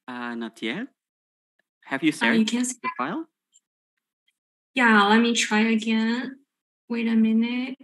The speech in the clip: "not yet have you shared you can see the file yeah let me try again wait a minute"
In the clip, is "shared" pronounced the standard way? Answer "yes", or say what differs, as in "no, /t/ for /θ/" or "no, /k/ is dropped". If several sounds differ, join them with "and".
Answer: no, /s/ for /ʃ/